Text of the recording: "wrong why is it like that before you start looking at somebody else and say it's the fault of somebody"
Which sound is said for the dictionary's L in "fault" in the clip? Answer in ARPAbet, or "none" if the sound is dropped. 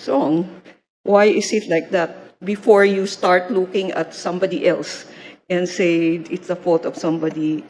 none